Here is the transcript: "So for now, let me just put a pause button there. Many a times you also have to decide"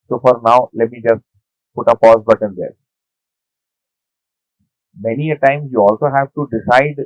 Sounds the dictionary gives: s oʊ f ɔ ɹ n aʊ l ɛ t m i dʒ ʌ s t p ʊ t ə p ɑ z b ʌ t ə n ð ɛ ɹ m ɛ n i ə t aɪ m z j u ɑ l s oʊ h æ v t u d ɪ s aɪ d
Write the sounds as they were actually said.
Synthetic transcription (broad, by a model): s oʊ f ɔ ɹ n aʊ l ɛ t m i dʒ ʌ s t p ʊ t ə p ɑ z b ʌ t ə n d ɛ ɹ m ɛ n i ə t aɪ m j u ɑ l s oʊ h æ v t u d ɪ s aɪ d